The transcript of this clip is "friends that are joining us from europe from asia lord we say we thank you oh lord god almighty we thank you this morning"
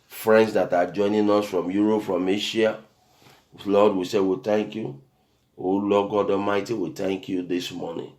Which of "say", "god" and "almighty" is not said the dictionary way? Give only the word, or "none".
almighty